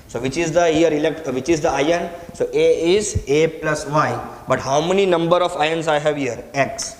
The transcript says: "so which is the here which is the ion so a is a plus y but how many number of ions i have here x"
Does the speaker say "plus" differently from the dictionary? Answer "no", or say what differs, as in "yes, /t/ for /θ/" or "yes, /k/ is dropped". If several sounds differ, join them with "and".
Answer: no